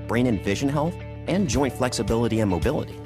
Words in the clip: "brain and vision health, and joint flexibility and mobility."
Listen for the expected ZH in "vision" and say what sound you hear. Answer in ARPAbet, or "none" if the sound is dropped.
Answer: ZH